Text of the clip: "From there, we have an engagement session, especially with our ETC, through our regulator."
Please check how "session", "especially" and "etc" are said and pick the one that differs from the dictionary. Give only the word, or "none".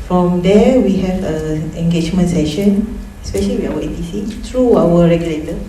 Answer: etc